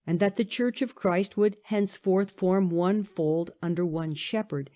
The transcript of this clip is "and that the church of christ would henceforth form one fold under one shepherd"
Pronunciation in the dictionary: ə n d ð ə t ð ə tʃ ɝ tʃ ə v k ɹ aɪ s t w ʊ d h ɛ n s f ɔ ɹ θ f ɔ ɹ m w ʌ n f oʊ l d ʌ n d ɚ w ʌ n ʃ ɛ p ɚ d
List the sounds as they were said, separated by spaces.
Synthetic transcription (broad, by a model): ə n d ð ə t ð ə tʃ ɝ tʃ ə v k ɹ aɪ s t w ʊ d h ɛ n s f ɔ ɹ θ f ɔ ɹ m w ʌ n f oʊ l d ʌ n d ɚ w ʌ n ʃ ɛ p ɚ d